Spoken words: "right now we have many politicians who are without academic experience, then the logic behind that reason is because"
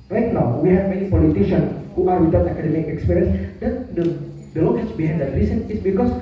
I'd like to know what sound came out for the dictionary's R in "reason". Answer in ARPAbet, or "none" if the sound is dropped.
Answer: L